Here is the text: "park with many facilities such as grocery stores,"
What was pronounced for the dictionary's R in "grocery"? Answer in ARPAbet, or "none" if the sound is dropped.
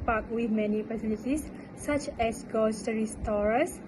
none